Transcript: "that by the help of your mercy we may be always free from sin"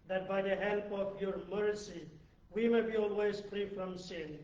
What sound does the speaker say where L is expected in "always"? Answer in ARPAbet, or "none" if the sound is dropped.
L